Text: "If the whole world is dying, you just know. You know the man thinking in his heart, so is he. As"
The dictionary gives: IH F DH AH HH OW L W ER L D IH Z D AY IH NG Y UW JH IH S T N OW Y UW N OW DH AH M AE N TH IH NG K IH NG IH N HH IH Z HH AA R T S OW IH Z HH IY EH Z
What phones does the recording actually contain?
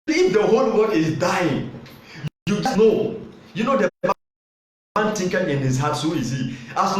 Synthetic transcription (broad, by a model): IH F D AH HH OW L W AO D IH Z D AY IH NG Y UW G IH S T N OW Y UW N OW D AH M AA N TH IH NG K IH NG IH N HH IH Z HH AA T S OW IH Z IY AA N